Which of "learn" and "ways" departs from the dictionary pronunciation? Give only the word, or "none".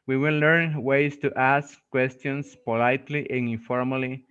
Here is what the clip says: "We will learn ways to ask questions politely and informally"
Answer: ways